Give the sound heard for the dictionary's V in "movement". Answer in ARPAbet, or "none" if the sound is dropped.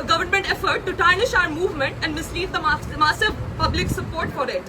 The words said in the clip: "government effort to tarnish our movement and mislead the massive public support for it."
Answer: V